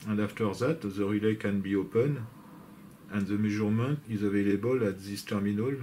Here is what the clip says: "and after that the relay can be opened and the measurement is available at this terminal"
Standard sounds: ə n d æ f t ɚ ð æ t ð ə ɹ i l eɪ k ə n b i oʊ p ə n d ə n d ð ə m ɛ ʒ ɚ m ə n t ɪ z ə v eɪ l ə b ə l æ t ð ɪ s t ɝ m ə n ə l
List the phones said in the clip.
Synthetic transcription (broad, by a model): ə n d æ f t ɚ ð æ t ð ə ɹ i l eɪ k ə n b i oʊ p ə n ə n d ð ə m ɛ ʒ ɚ m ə n t ɪ z ə v eɪ l ə b ə l æ t ð ɪ s t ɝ m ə n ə l